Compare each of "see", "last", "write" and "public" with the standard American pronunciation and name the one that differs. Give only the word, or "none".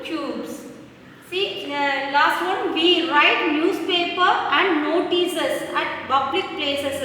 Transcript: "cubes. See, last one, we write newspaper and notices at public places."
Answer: public